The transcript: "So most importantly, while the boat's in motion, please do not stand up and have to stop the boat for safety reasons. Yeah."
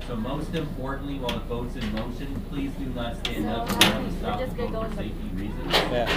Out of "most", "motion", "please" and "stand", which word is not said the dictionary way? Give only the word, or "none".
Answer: none